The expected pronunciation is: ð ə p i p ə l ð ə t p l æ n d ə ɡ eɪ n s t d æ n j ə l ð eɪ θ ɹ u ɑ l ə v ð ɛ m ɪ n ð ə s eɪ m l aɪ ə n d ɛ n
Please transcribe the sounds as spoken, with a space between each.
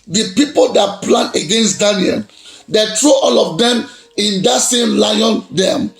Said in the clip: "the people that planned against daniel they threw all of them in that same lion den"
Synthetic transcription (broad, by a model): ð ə p i p ə l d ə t p l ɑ n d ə ɡ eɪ n s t d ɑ n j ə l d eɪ t ɹ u ɑ l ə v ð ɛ m ɪ n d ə s eɪ m l aɪ ə n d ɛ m